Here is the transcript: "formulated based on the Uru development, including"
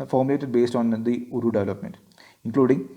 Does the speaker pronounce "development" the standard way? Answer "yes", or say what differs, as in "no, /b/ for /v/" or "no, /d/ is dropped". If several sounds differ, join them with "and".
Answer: yes